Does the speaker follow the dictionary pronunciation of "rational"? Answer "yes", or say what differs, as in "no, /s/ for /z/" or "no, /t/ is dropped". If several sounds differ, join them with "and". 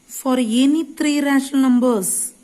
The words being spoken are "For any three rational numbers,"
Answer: no, /n/ is dropped